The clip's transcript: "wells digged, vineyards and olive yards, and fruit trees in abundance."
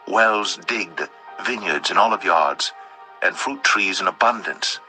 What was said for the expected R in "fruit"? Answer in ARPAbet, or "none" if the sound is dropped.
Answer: R